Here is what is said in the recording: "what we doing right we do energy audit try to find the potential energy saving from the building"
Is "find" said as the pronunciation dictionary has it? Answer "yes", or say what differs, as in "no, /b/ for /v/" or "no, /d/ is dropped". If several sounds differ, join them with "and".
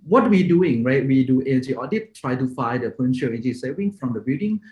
no, /n/ is dropped